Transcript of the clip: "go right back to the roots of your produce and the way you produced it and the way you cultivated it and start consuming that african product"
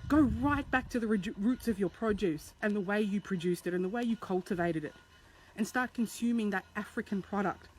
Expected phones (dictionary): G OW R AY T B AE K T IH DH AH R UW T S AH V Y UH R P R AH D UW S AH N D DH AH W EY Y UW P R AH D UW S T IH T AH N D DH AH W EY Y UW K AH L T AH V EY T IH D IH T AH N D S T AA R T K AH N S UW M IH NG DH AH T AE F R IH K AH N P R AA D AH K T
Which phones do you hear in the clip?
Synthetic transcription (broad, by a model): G OW R AY T B AE K T IH DH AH R UW T S AH V Y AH R P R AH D UW S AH N DH AH W EY Y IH P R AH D UW S T IH T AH N DH AH W EY Y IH K AH L T AH V EY T IH D IH T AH N S T AA R T K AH N S UW M IH NG DH AH T AE F R IH K AH N P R AA D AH K T